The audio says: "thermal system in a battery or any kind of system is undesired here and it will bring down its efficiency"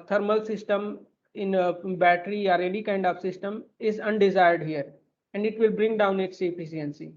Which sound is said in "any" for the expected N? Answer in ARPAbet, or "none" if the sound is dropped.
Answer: L